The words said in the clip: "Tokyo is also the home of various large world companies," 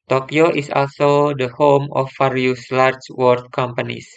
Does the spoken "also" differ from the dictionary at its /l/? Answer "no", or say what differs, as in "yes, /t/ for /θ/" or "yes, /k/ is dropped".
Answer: no